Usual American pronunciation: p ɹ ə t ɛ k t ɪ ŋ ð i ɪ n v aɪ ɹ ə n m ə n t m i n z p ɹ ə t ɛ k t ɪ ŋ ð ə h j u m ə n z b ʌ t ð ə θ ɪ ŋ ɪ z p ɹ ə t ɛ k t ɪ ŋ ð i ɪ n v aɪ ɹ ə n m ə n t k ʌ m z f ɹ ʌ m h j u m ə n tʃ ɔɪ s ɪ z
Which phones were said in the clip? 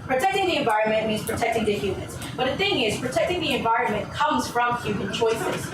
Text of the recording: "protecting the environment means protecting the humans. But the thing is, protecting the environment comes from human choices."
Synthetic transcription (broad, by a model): p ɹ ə t ɛ k t ɪ ŋ ð i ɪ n v aɪ ɹ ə n m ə n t m i n z p ɹ ə t ɛ k t ɪ ŋ ð ə h j u m ə n z b ʌ t ð ə θ ɪ ŋ ɪ z p ɹ ə t ɛ k t ɪ ŋ ð i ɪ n v aɪ ɹ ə n m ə n k ʌ m z f ɹ ʌ m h j u m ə n tʃ ɔɪ s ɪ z